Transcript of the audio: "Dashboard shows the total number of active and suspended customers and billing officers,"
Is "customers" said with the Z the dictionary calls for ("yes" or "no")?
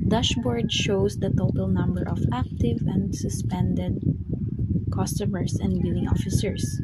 no